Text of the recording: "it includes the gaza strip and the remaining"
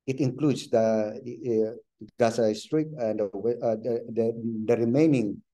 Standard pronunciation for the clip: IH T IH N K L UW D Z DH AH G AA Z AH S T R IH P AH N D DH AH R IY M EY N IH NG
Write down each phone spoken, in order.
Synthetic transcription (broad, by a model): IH T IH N K L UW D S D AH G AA S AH S T R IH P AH N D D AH R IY M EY N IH NG